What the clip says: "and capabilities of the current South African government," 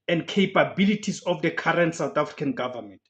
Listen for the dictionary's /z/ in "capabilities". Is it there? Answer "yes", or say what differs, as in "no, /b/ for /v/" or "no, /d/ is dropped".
no, /s/ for /z/